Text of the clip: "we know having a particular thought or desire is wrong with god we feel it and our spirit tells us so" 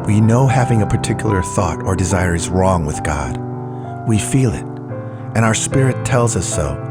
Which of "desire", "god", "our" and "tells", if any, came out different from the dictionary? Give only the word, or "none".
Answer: none